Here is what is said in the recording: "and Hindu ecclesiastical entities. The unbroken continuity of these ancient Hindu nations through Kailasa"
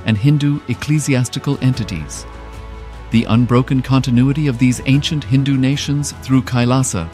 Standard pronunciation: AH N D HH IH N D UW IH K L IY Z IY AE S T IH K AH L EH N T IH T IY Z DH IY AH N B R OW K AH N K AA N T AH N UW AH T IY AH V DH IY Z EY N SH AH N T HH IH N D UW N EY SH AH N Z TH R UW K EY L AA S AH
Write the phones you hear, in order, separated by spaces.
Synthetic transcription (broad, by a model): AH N HH IH N D UW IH K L IY Z IY AE S T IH K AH L EH N T IH T IY Z DH IY AH N B R OW K AH N K AA N T AH N UW AH T IY AH V DH IY Z EY N SH AH N T HH IH N D UW N EY SH AH N Z TH R UW K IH L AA S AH